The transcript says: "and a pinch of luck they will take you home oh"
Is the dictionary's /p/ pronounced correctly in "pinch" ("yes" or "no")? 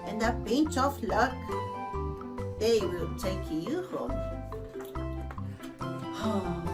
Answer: no